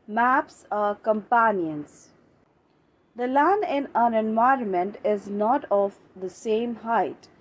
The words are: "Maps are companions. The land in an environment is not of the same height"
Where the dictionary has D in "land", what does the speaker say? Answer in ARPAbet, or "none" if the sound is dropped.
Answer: none